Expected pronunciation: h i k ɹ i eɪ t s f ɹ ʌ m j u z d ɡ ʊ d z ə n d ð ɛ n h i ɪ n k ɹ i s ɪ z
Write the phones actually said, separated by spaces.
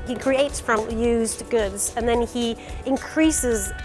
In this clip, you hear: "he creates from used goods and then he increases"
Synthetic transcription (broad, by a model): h i k ɹ i eɪ t s p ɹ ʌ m j u z ɡ ʊ d z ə n ð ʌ n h i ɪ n k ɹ i s ɪ z